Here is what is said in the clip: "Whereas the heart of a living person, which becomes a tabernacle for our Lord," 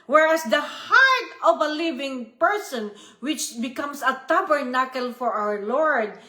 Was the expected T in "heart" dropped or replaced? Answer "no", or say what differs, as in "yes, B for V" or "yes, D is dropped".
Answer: no